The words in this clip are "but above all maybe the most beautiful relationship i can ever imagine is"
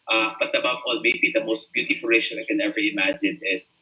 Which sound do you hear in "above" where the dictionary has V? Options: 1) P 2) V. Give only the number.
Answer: 1